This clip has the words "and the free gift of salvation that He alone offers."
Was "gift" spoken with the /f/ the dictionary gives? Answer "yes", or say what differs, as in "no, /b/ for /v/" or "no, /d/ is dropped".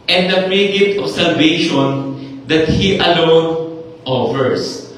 no, /f/ is dropped